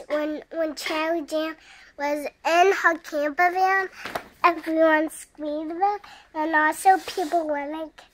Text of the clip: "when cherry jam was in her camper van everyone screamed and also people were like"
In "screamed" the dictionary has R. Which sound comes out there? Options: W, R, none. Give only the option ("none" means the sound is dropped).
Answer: W